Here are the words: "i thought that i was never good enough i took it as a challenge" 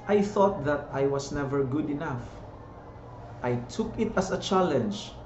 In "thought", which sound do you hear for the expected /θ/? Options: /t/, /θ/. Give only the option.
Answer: /θ/